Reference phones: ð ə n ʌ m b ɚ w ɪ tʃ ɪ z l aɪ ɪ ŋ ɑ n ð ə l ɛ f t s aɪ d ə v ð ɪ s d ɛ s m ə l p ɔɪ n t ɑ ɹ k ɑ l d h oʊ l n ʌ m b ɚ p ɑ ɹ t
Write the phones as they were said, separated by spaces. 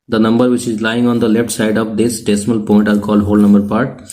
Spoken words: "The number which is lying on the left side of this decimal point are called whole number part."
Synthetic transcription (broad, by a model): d ə n ʌ m b ɚ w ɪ tʃ ɪ z l aɪ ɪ ŋ ɑ n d ə l ɛ f t s aɪ d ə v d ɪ s d ɛ s m ə l p ɔɪ n t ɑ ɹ k ɑ l d h oʊ l n ʌ m b ɚ p ɑ ɹ t